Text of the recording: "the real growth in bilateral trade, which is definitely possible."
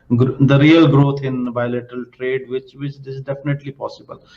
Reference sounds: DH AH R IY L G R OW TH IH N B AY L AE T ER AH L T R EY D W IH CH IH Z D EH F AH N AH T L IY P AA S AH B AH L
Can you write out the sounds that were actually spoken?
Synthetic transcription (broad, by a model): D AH R IY L G R OW T IH N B AY L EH T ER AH L T R EY D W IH CH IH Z D EH F AH N AH T L IY P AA S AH B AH L